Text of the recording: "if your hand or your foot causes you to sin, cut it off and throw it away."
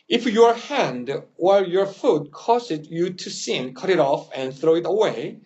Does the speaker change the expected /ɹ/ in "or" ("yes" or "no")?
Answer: yes